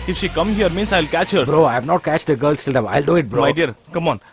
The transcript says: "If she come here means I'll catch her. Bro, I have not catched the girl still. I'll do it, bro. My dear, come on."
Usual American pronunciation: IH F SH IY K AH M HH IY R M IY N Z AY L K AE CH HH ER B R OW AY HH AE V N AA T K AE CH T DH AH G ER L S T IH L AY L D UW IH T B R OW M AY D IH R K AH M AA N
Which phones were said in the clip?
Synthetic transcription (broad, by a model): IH F SH IY K AH M HH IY R M IY N S AY L K AE CH HH ER B R OW AY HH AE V N AA T K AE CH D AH G ER L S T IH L AY L D UW IH T B R OW M AY D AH R K AH M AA N